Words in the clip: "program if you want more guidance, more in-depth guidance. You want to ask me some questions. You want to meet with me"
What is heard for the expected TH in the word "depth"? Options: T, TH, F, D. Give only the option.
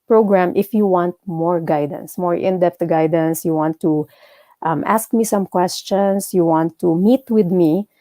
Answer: T